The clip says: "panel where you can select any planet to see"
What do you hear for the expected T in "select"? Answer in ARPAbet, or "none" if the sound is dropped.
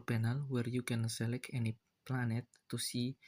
none